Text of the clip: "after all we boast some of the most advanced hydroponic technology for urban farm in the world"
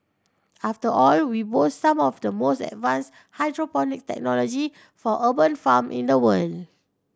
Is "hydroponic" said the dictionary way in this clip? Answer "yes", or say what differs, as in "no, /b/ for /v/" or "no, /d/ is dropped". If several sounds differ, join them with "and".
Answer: yes